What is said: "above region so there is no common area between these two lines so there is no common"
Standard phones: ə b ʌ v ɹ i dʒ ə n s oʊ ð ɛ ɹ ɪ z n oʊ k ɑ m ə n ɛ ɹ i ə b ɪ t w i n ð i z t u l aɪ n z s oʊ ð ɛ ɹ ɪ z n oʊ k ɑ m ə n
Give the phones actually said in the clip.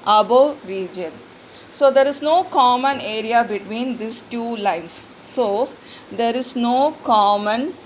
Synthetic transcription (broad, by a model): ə b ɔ ɹ i dʒ ə n s oʊ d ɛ ɹ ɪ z n oʊ k ɑ m ə n ɛ ɹ i ə b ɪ t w i n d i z t u l aɪ n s s oʊ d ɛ ɹ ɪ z n oʊ k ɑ m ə n